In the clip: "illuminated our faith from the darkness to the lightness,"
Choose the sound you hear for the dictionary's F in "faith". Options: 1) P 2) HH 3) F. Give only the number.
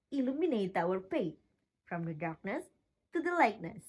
1